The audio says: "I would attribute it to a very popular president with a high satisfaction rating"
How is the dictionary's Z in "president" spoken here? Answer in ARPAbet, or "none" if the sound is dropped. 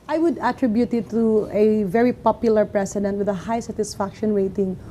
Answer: S